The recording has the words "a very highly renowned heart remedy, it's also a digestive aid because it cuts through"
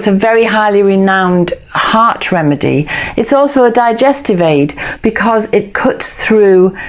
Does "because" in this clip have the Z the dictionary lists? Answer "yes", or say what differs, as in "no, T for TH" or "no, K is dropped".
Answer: yes